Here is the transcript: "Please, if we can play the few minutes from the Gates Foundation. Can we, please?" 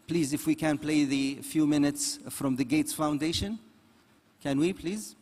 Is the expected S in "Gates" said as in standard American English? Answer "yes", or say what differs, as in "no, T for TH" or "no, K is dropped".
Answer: yes